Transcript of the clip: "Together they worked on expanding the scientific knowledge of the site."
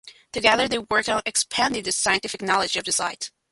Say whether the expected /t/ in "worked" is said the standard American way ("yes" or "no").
no